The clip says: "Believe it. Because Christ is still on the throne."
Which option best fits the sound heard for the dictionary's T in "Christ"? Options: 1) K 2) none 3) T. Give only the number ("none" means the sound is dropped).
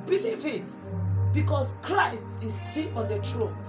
3